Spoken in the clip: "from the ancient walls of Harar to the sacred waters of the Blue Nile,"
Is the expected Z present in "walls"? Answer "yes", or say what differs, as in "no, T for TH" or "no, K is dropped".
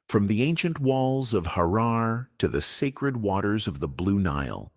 yes